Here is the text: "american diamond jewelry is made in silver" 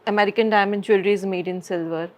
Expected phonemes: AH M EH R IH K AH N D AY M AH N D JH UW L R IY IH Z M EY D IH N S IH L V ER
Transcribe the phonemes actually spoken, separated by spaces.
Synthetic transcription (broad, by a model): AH M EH R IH K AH N D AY M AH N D CH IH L R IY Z M EY D IH N S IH L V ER